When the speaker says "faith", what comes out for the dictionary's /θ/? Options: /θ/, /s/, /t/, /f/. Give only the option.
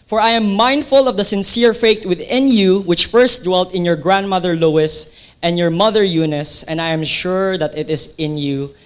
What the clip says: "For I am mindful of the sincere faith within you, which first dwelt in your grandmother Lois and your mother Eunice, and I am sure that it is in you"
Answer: /t/